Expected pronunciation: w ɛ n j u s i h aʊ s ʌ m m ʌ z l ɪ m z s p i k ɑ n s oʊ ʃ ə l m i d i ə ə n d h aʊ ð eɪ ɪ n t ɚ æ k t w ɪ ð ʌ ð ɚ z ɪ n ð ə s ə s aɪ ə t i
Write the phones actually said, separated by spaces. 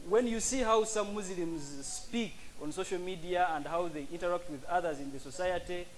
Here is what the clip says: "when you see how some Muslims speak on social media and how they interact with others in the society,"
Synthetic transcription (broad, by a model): w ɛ n j u s i h aʊ s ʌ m m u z l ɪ m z s p i k ɑ n s oʊ ʃ ə l m i d i ə ə n d h aʊ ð eɪ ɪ n t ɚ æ k t w ɪ ð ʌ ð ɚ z ɪ n ð ə s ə s aɪ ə t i